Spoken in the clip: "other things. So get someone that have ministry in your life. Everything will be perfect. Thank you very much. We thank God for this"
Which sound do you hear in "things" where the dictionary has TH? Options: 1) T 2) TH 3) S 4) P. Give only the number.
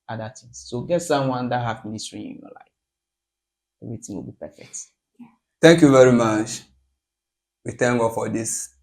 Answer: 1